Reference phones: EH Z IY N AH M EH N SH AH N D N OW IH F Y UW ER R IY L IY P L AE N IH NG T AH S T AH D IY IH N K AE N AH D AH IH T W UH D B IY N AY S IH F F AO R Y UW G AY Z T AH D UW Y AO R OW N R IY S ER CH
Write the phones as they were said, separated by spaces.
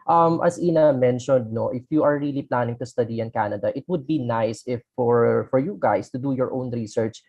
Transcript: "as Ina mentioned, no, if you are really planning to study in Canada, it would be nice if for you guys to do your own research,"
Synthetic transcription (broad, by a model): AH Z IY N AH M EH N SH AH N D N OW IH F Y UW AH R IY L IY P L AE N IH NG T AH S T AH D IY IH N K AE N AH D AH IH T W UH D B IY N AY S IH F F AO R Y UW G AY S T AH D UW Y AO R OW N R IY S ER CH